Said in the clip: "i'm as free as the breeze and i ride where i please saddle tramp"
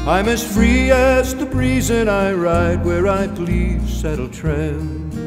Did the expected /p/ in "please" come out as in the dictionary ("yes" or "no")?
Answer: no